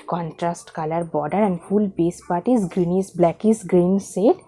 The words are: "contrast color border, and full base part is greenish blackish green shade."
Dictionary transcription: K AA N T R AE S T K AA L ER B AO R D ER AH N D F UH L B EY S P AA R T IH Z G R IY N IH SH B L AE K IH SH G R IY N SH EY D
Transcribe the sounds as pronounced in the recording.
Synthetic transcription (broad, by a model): K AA N T R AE S T K AA L ER B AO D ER AH N D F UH L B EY S P AA R T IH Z G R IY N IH S B L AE K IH S G R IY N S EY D